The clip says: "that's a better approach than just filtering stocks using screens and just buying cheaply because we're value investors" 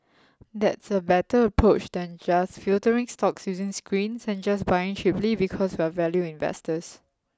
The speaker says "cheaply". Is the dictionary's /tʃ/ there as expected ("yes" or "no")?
no